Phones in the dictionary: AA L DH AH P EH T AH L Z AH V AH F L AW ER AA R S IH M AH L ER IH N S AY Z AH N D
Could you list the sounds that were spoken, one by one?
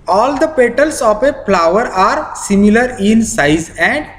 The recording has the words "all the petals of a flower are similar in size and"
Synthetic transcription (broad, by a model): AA L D AH P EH T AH L S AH P AH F L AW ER AA R S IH M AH L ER IH N S AY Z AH N D